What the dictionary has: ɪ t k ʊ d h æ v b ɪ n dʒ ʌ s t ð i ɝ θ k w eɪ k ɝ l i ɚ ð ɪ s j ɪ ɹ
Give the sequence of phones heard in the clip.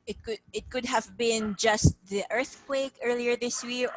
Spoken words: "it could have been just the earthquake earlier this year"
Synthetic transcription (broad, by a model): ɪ t k ʊ d h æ v b ɪ n dʒ ʌ s t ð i ɝ θ k w eɪ k ɝ l i ɚ ð ɪ s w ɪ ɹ